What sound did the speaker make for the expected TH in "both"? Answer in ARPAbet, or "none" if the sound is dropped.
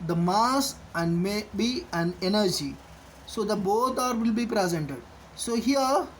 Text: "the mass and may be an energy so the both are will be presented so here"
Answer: T